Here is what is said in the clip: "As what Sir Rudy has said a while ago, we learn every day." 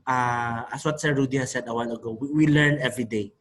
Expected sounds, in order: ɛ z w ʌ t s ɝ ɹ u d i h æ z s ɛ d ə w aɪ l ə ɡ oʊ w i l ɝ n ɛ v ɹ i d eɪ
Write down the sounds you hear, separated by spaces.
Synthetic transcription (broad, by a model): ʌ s w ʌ t s ɝ ɹ u d i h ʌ s ɛ d ə w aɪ n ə ɡ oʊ w i l ɝ n ɛ v ɹ i d eɪ